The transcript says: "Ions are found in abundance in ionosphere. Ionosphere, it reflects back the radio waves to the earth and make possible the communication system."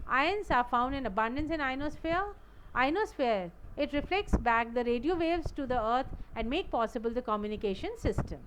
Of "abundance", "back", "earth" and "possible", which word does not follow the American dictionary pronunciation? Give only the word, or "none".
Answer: earth